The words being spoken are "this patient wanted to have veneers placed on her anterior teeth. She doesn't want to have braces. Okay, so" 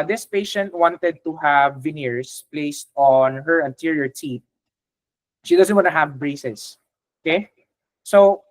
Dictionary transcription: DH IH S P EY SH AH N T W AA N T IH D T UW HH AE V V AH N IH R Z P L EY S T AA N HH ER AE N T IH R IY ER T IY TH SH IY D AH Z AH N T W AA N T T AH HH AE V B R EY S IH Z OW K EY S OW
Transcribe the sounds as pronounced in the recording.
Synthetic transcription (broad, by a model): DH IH S P EY SH AH N T W AA N T IH D T UW HH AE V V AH N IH R S P L EY S T AA N HH ER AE N T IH R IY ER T IY T SH IY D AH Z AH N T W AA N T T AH HH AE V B R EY S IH S OW K EY S OW